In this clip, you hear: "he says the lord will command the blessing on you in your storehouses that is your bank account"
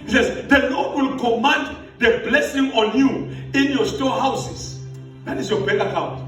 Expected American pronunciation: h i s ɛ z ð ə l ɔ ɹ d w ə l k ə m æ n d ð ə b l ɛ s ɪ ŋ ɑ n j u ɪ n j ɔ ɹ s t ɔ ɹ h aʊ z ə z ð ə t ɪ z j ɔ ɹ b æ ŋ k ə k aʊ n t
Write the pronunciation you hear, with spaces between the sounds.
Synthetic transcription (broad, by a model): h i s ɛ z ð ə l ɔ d w ə l k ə m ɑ n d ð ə b l ɛ s ɪ ŋ ɑ n j u ɪ n j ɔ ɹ s t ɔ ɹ h aʊ s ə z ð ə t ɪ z j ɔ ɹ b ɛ k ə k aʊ n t